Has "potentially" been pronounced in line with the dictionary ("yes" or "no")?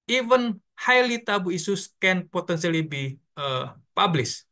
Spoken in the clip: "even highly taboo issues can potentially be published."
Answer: no